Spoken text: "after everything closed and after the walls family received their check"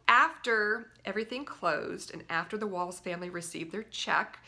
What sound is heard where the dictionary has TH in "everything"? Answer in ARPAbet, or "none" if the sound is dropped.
TH